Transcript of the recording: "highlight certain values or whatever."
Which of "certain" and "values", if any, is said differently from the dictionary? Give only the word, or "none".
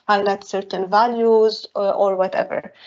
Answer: none